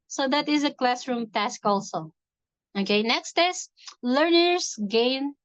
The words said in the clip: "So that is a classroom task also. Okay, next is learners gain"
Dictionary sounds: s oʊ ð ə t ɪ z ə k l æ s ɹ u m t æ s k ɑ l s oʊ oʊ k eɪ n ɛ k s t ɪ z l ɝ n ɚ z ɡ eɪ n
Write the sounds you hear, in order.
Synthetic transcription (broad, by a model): s oʊ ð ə t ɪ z ə k l æ s ɹ u m t æ s k ɑ l s oʊ oʊ k eɪ n ɛ k s t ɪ s l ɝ n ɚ s ɡ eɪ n